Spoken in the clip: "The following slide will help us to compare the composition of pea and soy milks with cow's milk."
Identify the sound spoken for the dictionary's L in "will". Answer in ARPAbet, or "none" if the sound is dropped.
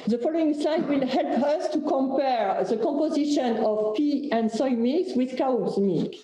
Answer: L